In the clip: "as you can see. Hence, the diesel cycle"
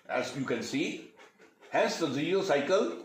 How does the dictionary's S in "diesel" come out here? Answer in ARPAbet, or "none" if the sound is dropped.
none